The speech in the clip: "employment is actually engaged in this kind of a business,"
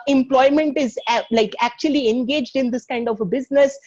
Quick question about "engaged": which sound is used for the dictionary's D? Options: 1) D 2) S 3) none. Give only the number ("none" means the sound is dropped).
1